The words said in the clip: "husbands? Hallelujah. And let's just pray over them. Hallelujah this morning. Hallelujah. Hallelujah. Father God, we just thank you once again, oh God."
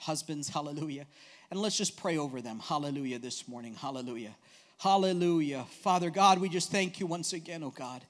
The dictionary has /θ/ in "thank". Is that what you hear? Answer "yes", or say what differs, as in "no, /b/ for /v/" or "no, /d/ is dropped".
yes